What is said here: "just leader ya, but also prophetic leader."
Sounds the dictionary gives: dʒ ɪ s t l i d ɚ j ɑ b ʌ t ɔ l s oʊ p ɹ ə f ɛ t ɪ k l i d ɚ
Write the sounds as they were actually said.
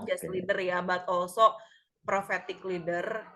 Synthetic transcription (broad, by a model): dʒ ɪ s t l i d ɚ j ɑ b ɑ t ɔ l s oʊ p ɹ ə f ɛ t ɪ k l i d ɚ